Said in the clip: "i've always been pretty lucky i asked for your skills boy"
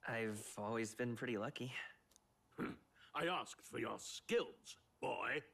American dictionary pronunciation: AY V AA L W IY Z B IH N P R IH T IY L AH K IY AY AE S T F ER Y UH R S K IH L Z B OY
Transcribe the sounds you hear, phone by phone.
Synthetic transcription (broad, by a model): AY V AA L W IY Z B IH N P R IH T IY L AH K IY AY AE S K F ER Y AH R S K IH L Z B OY